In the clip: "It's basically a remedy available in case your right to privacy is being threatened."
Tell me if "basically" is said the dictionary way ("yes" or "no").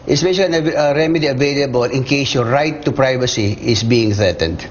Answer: no